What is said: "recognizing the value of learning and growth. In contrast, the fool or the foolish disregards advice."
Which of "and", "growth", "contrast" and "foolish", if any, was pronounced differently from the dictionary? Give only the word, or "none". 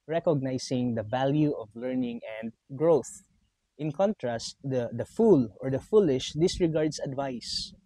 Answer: none